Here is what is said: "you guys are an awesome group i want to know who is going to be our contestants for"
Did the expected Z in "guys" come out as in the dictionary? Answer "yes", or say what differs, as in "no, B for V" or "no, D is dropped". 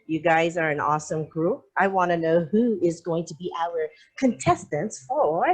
yes